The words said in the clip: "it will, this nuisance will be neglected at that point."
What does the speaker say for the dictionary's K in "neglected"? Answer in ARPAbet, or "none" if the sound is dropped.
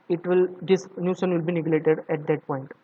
none